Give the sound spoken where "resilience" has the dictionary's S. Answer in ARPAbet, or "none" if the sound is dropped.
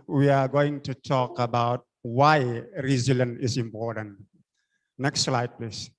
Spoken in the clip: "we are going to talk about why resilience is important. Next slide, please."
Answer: none